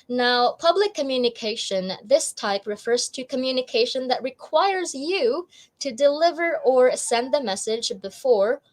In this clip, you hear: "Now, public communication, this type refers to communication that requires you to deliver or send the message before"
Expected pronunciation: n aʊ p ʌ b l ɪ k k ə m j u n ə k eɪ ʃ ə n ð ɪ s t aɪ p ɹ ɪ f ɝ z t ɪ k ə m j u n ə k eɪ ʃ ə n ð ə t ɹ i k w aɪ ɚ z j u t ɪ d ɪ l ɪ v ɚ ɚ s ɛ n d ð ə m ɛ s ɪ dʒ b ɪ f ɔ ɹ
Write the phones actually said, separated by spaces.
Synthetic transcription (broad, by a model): n aʊ p ʌ b l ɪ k k ə m j u n ə k eɪ ʃ ə n ð ɪ s t aɪ p ɹ ɪ f ɝ z t ɪ k ə m j u n ə k eɪ ʃ ə n ð ə t ɹ i k w aɪ ɚ z j u t ɪ d ɪ l ɪ v ɚ ɚ s ɛ n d ð ə m ɛ s ɪ dʒ b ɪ f ɔ ɹ